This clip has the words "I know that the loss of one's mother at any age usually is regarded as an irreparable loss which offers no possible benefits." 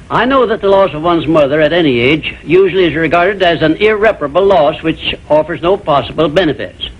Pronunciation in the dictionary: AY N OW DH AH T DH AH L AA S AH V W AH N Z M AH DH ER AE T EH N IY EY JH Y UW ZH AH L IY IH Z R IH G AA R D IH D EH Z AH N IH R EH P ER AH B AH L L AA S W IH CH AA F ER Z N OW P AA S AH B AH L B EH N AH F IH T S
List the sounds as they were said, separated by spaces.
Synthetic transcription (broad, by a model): AY N OW DH AH T DH AH L AA S AH V W AH N Z M AH DH ER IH T EH N IY EY JH Y UW ZH L IY IH Z R IH G AA R D IH D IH Z AH N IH R EH P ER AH B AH L L AA S W IH CH AA F ER Z N OW P AA S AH B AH L B EH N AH F IH T S